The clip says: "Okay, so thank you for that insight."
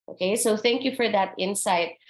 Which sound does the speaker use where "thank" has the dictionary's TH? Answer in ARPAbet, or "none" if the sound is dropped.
TH